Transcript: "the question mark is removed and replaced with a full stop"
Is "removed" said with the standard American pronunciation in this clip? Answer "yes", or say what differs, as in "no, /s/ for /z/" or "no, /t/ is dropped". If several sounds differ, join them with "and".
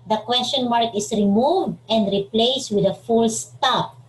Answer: yes